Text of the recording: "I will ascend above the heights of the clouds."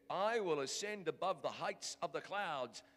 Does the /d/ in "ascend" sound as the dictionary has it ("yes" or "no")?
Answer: yes